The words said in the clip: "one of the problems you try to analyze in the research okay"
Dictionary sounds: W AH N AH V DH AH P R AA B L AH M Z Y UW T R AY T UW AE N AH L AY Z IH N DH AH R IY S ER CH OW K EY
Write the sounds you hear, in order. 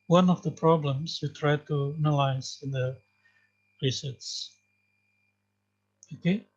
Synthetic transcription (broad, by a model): W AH N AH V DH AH P R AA B L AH M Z Y UW T R AY T UW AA N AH L AY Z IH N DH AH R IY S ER S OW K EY